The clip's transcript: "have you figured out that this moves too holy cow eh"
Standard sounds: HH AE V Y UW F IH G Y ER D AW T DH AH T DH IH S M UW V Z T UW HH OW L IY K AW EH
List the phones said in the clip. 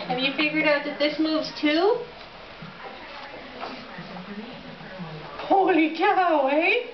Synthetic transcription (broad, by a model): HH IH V Y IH F IH G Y ER D AW T DH AH T DH IH S M UW V Z T UW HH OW L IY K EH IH